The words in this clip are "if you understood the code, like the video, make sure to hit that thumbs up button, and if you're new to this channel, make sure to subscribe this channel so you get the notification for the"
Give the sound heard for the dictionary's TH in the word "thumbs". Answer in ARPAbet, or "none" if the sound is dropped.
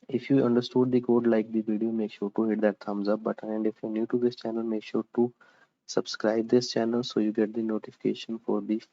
T